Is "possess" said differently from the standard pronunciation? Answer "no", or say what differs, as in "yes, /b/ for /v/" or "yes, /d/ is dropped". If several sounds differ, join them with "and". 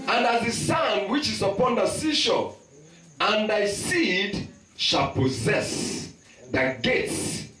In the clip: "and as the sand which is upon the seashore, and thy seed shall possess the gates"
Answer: no